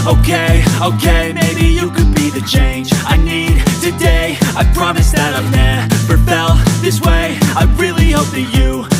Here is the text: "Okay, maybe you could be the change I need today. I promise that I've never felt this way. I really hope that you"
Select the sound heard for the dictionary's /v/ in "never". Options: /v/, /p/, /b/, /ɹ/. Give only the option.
/p/